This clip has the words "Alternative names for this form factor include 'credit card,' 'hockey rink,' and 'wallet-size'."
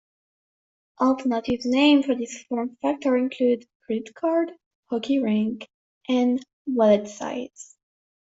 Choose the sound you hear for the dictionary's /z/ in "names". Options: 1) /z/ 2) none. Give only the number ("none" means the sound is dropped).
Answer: 2